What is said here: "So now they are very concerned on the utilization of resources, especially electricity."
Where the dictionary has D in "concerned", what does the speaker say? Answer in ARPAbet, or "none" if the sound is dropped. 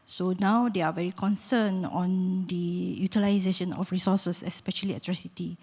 none